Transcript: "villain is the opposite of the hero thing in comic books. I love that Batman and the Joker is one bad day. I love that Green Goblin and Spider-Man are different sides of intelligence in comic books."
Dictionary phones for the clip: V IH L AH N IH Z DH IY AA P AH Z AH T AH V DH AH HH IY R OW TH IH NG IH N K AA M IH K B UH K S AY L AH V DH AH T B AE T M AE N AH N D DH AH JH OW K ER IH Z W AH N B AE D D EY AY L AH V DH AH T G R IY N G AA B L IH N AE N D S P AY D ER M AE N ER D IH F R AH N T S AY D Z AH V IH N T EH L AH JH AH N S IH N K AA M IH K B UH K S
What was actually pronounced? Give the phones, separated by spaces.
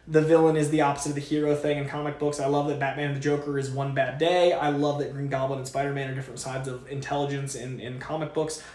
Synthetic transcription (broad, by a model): V IH L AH N IH Z DH IY AA P AH Z AH T AH V DH AH HH IY R OW TH IH NG IH N K AA M IH K B UH K S AY L AH V DH AH T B AE T M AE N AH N DH AH JH OW K ER IH Z W AH N B AE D D EY AY L AH V DH AH T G R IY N G AA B L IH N N S P AY D ER M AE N ER D IH F R AH N T S AY D Z AH V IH N T EH L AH JH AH N S IH N K AA M IH K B UH K S